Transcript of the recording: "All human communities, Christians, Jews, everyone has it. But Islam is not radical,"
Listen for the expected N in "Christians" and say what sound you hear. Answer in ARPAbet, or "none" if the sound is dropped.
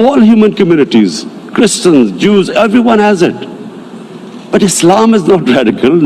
N